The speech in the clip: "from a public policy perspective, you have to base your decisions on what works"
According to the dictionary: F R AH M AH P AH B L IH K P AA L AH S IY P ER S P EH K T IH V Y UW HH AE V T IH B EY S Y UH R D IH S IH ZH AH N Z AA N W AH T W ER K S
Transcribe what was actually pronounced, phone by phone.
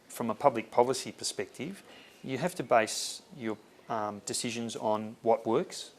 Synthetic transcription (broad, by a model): F R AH M AH P AH B L IH K P AA L AH S IY P ER S P EH K T IH V Y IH HH AE F T IH B EY S Y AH R D IH S IH ZH AH N Z N W AH T W ER K S